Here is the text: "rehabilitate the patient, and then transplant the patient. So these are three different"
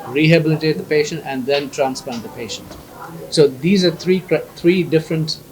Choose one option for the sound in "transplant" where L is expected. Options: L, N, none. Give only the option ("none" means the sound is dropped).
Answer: none